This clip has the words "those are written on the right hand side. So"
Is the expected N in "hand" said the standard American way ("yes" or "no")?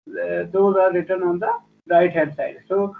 no